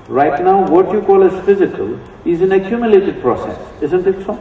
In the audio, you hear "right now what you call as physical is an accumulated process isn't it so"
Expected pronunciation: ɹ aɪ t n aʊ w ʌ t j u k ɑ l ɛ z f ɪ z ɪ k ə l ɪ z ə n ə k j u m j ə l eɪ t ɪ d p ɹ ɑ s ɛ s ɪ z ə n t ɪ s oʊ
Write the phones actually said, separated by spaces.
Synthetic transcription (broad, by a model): ɹ aɪ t n aʊ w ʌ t j u k ɑ l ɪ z f ɪ z ɪ k ə l ɪ z ə n ə k j u m j ə l eɪ t ɪ d p ɹ ɑ s ɛ s ɪ z ə n t ɪ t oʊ